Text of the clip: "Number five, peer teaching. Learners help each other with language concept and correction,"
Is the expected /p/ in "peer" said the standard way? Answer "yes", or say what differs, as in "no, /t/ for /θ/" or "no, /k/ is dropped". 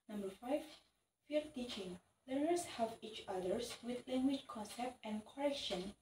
no, /f/ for /p/